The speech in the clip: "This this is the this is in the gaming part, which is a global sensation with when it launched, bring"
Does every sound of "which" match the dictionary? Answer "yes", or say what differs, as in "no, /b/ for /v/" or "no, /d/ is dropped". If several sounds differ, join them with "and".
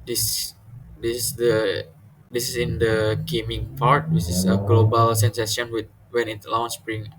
no, /s/ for /tʃ/